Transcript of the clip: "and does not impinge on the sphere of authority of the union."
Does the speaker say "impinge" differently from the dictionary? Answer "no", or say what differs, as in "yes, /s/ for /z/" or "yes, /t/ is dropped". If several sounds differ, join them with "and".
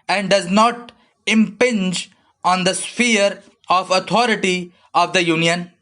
no